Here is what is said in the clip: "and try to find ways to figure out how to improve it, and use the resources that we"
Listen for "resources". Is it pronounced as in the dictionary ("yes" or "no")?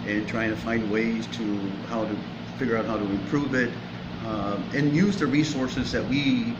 yes